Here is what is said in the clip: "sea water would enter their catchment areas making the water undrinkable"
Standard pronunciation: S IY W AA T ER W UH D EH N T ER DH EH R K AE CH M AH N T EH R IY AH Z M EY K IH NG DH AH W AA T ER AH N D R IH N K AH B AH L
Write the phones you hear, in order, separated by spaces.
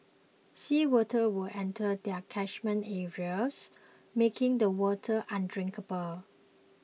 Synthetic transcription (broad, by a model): S IY W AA T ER W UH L EH N T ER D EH K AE SH M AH N EH R IY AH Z M EY K IH NG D AH W AA T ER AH N D R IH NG K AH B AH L